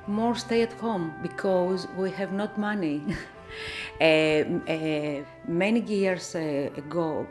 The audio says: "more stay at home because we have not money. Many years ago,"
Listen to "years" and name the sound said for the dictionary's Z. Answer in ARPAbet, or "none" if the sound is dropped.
S